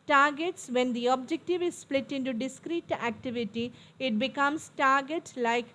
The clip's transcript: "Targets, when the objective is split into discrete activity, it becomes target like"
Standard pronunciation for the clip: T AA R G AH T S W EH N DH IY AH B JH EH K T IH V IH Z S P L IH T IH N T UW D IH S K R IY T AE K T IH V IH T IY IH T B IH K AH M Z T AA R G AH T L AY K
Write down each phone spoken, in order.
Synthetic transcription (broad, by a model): T AA R G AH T S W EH N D IY AH B JH EH K T IH V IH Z S P L IH T IH N T UW D IH S K R IY T AE K T IH V IH T IY IH T B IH K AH M S T AA R G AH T L AY K